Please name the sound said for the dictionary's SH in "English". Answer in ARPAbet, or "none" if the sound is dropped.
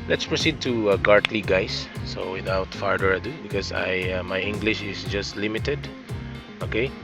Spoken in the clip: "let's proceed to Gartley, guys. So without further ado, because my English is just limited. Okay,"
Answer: SH